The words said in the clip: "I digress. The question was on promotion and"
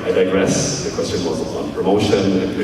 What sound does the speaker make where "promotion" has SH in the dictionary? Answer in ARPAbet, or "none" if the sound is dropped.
none